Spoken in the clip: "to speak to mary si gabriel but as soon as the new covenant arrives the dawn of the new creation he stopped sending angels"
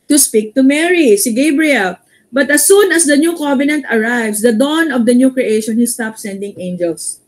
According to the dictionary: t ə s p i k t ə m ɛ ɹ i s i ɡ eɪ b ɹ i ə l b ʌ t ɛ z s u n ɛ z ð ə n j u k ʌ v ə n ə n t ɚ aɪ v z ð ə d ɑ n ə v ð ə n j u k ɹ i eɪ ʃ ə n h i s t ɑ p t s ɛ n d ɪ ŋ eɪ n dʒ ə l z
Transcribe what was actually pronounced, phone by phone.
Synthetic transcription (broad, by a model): t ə s p i k t ə m ɛ ɹ i s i ɡ eɪ b ɹ i ə l b ʌ t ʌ s u n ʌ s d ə n j u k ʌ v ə n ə n t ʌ aɪ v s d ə d ɑ n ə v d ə n j u k ɹ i eɪ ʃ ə n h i s t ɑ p s ɛ n d ɪ ŋ eɪ n dʒ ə l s